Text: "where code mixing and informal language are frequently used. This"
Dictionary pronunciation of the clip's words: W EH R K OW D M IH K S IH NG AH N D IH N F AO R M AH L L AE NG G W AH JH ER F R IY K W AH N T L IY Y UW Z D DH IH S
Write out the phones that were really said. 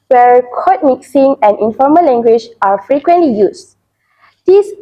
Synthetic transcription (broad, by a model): W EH R K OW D M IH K S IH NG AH N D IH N F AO M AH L L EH NG G W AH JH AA F R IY K W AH N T L IY Y UW S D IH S